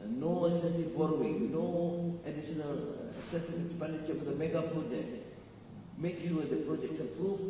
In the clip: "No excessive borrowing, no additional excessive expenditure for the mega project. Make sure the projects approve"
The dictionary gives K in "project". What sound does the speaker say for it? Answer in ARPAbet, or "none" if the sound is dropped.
none